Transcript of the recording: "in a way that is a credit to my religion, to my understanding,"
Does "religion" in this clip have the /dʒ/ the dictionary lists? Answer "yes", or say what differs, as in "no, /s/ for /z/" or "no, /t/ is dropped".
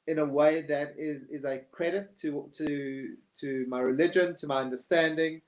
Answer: yes